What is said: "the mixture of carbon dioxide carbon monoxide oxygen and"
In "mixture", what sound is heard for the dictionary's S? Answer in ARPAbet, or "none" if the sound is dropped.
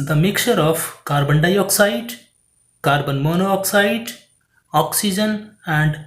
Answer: none